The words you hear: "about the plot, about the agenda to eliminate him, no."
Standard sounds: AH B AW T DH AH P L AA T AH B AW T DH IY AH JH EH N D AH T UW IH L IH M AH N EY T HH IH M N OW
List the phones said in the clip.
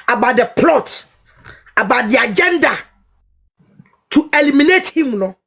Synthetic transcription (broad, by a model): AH B AW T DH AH P L AA T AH B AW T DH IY AH JH EH N D AH T UW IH L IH M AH N EY T HH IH M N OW